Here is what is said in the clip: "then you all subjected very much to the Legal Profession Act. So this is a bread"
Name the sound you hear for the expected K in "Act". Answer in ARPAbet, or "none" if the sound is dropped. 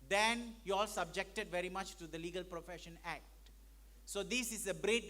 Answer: K